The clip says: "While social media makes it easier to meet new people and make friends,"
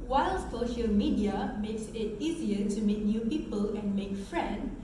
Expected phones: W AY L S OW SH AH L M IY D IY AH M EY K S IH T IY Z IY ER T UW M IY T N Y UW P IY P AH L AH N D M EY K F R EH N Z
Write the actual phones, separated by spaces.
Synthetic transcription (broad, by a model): W AY L S OW SH AH L M IY D IY AH M EY K S IH T IY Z IY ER T UW M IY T N Y UW P IY P AH L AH N M EY K F R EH N